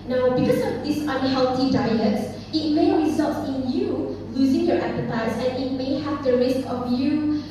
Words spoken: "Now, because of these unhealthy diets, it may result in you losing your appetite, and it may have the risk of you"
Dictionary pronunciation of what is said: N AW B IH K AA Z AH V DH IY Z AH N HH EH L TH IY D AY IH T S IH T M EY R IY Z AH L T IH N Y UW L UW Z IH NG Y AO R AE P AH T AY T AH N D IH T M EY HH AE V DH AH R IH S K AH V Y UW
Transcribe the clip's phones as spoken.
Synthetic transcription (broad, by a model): N AW B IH K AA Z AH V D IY S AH N HH EH L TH IY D AY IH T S IH T M EY R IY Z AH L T IH N Y UW L UW Z IH NG Y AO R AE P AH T AY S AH N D IH T M EY HH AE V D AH R IH S K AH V Y UW